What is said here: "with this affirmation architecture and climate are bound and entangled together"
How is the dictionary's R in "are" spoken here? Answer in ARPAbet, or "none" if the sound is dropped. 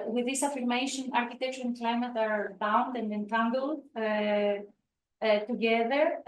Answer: R